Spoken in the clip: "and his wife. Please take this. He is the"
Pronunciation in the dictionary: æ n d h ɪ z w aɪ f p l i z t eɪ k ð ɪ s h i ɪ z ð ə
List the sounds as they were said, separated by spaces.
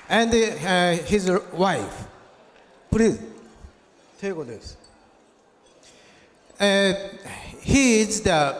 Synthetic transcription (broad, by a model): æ n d h ɪ z w aɪ f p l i t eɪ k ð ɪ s h i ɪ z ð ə